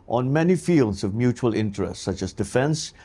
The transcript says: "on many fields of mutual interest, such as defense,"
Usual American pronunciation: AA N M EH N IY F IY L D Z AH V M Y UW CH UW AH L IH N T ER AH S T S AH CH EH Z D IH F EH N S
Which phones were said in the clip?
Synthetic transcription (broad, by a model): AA N M EH N IY F IY L D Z AH V M Y UW CH UW AH L IH N T ER AH S T S AH CH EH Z D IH F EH N S